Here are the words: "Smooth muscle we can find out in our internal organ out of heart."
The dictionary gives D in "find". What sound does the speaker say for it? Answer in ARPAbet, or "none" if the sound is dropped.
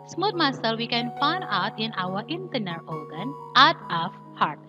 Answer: none